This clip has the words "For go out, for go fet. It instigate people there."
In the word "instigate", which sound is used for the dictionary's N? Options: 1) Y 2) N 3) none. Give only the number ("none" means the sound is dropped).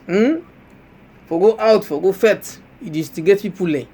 3